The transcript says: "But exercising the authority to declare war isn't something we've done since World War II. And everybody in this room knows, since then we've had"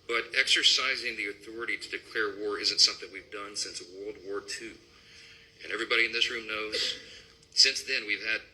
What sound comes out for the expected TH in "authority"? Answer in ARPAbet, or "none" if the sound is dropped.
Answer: TH